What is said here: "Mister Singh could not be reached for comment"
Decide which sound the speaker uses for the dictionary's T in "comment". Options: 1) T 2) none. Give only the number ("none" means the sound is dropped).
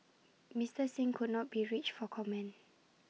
2